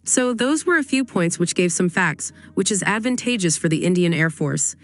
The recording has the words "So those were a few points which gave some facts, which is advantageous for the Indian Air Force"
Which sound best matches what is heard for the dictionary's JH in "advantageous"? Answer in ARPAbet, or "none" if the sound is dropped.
JH